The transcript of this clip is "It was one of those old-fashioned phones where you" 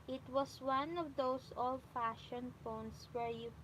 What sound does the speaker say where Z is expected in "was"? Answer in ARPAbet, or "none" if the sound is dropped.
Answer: S